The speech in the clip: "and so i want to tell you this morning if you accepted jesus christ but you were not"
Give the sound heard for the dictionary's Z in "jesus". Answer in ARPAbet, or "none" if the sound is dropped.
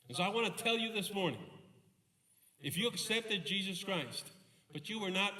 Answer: Z